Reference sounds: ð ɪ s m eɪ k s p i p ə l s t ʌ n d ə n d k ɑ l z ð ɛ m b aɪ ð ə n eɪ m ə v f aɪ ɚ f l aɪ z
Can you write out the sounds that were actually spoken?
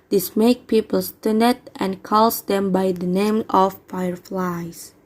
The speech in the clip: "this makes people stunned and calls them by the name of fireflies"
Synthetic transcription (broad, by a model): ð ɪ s m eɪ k p i p ə l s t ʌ n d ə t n k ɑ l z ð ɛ m b aɪ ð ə n eɪ m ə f aɪ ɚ f l aɪ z